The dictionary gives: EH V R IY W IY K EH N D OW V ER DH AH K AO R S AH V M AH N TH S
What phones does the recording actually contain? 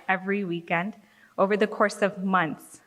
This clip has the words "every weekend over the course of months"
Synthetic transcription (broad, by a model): EH V R IY W IY K EH N D OW V ER DH AH K AO R S AH V M AH N TH S